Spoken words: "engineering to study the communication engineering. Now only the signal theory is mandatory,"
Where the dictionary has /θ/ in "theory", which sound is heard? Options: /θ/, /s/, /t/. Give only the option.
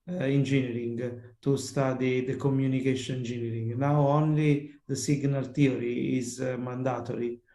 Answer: /t/